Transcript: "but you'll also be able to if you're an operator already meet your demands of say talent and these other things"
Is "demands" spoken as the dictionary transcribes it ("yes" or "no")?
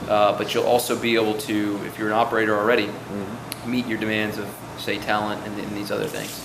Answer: yes